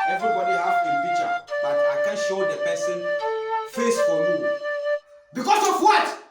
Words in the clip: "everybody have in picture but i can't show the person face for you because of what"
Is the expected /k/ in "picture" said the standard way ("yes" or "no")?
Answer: no